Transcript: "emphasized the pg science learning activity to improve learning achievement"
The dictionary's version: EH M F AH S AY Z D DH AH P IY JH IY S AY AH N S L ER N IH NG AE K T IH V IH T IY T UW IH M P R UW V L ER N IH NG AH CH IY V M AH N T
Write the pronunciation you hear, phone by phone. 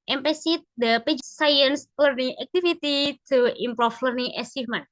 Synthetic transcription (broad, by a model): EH M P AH S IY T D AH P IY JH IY S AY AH N S L ER N IH NG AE K T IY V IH T IY T UW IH M P R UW F L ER N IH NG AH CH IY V M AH N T